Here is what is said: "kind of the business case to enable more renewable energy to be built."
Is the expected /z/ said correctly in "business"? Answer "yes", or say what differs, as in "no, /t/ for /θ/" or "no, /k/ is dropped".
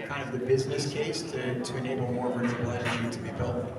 yes